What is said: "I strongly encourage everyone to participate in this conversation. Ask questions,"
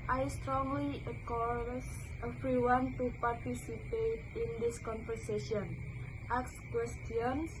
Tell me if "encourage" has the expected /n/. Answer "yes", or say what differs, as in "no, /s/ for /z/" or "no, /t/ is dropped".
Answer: no, /n/ is dropped